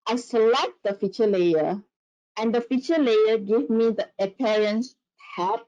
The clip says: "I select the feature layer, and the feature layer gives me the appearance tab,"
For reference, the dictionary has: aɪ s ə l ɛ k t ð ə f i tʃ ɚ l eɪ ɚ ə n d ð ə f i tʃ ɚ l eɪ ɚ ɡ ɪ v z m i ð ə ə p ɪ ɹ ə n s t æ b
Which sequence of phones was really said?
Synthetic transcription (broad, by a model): aɪ s ə l ɛ k t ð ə f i tʃ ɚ l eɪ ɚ ə n d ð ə f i tʃ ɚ l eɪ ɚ ɡ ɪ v m i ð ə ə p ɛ ɹ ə n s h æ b